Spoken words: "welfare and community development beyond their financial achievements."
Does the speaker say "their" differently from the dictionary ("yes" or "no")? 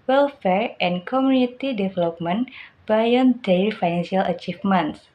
yes